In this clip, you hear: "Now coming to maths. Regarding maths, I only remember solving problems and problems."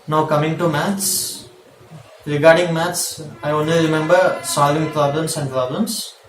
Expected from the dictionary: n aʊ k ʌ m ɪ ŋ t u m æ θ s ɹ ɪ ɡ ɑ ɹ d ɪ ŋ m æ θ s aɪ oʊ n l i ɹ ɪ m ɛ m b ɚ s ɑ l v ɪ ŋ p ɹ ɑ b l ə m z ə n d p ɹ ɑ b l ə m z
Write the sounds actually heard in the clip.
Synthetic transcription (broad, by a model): n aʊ k ʌ m ɪ ŋ t u m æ t s ɹ ɪ ɡ ɑ ɹ d ɪ ŋ m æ t s aɪ oʊ n l i ɹ ɪ m ɛ m b ɚ s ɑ l v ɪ ŋ p ɹ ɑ b l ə m s ə n d p ɹ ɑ b l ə m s